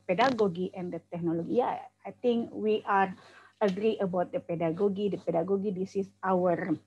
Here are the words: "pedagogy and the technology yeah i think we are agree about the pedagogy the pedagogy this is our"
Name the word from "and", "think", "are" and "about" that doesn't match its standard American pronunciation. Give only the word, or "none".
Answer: think